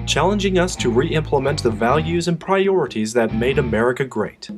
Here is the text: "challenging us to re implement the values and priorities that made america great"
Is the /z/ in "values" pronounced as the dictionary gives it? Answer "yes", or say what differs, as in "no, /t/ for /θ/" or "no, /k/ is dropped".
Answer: yes